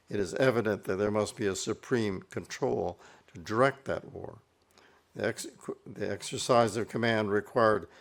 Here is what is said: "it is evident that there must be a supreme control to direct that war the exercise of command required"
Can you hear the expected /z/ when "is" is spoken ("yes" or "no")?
yes